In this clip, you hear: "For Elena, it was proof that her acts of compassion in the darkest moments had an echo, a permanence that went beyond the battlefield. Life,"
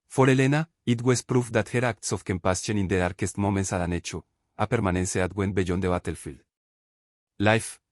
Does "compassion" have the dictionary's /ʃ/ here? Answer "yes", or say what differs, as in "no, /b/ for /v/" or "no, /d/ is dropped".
no, /s/ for /ʃ/